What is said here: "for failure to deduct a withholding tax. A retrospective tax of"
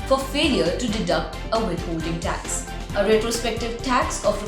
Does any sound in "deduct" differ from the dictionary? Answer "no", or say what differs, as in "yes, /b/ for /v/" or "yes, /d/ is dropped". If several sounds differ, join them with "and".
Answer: no